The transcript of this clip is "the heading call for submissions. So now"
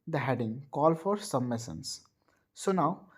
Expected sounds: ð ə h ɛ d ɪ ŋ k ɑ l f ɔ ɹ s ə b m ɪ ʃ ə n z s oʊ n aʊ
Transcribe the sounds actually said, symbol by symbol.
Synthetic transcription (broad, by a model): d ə h ɛ d ɪ ŋ k ɑ l f ɔ ɹ s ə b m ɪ s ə n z s oʊ n aʊ